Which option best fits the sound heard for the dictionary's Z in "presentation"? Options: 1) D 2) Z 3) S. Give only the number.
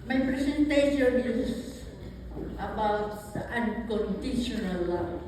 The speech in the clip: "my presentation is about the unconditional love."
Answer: 3